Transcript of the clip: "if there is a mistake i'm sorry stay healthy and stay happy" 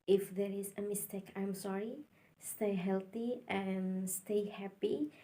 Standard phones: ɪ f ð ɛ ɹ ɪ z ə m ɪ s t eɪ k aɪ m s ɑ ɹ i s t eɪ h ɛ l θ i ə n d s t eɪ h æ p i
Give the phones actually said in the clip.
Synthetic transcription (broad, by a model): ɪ f ð ɛ ɹ ɪ z ə m ɪ s t eɪ k aɪ m s ɑ ɹ i s t eɪ h ɛ l θ i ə n s t eɪ h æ p i